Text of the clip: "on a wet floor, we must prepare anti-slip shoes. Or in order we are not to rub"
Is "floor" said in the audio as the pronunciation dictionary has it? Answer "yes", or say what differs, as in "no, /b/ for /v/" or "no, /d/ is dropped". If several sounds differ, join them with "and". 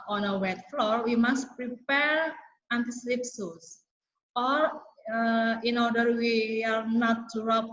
yes